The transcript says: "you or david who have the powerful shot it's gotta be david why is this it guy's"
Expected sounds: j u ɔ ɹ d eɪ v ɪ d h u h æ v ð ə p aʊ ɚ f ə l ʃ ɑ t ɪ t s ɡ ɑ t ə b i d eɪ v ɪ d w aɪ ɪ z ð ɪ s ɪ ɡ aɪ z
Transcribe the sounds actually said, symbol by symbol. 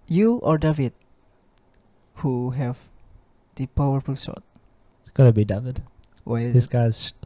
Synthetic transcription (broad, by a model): j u ɔ ɹ d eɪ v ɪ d h u h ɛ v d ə p aʊ ɚ f ə l s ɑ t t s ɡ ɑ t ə b i d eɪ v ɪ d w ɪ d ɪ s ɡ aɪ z